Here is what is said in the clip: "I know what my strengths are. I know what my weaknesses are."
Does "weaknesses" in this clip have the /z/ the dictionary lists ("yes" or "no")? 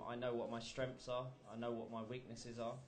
yes